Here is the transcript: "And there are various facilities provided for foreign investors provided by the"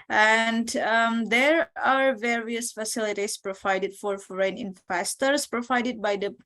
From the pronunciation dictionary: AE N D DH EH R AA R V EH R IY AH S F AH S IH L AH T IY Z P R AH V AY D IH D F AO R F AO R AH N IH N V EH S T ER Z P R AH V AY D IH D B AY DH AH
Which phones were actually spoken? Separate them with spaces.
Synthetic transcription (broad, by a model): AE N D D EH R AA R V EH R IY AH S F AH S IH L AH T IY S P R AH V AY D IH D F AO R F AO R AH N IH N P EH S T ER S P R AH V AY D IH D B AY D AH